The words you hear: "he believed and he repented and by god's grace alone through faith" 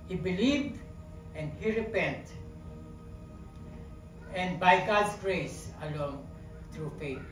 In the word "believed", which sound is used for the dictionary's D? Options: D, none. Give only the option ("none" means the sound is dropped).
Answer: none